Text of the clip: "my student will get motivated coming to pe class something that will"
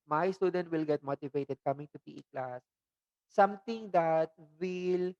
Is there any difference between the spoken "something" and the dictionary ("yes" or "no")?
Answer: yes